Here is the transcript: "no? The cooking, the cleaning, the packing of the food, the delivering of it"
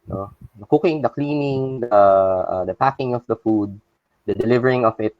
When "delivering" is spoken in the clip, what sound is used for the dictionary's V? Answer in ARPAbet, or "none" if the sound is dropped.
V